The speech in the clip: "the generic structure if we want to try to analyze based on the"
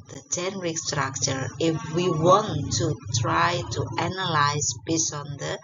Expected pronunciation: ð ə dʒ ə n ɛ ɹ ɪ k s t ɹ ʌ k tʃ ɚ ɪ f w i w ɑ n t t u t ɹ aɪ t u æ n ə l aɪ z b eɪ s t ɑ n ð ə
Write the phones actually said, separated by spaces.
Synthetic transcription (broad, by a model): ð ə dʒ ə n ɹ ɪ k s t ɹ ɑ k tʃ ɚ ɪ f w i w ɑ n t t u t ɹ aɪ t u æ n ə l aɪ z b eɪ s ɑ n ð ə